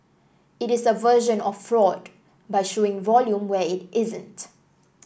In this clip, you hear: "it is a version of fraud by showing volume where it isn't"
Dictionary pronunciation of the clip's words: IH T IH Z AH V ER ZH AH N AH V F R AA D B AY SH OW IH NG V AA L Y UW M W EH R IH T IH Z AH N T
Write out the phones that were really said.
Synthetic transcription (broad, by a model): IH T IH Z AH V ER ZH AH N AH F R AA D B AY SH OW IH NG V AA L Y UW M W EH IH T IH Z AH N T